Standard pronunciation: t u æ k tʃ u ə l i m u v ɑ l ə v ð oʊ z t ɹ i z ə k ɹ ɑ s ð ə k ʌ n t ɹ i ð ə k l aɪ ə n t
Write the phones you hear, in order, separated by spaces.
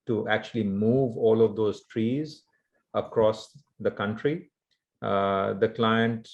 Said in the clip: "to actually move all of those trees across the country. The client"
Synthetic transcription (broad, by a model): t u æ k tʃ u ə l i m u v ɑ l ə v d oʊ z t ɹ i z ə k ɹ ɑ s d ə k ʌ n t ɹ i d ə k l aɪ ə n t